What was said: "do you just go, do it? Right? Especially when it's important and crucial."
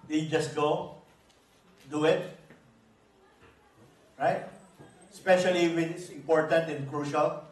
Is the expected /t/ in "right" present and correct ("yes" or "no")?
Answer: yes